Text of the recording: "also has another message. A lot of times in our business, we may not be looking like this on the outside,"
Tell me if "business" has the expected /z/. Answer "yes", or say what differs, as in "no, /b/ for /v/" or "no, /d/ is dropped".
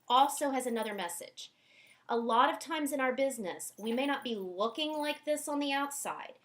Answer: yes